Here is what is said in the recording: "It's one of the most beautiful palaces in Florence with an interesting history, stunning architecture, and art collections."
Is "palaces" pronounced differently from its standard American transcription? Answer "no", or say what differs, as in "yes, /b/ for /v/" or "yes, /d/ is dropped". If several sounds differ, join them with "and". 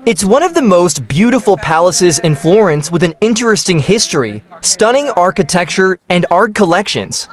no